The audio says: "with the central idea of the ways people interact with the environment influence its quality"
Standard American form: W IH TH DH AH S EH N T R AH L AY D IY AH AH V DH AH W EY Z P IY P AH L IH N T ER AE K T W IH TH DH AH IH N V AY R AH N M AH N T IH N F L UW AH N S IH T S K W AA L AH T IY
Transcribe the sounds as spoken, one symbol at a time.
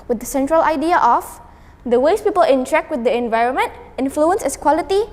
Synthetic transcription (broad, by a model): W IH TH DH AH S EH N T R AH L AY D IY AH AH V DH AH W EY S P IY P AH L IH N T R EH K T W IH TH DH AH IH N V AY R AH N M AH N T IH N F L UW AH N S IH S K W AA L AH T IY